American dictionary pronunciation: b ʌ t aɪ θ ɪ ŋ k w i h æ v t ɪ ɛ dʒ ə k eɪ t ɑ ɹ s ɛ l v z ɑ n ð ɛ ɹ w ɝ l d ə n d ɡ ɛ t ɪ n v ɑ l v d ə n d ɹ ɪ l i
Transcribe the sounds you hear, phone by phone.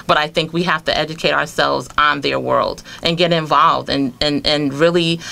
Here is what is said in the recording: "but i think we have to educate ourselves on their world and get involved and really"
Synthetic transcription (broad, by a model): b ʌ t aɪ θ ɪ ŋ k w i h æ f t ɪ ɛ dʒ ə k eɪ t ɑ ɹ s ɛ l v z n ð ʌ ɹ w ɝ l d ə n ɡ ɛ t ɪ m v ɑ l v d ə n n ɹ ɪ l i